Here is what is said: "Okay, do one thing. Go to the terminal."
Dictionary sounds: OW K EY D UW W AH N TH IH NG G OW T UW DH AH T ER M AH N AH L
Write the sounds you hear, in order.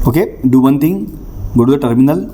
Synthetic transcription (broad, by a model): OW K EY D UW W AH N T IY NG G OW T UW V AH T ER M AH N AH L